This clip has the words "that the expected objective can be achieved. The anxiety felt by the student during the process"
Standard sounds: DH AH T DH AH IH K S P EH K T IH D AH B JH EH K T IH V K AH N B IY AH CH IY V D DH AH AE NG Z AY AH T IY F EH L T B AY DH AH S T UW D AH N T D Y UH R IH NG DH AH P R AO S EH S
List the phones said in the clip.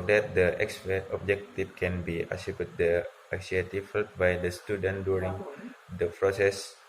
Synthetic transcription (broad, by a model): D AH T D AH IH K S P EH T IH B JH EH K T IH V K AH N B IY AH S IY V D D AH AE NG S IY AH T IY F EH L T B AY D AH S T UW D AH N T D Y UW R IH NG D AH P R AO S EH S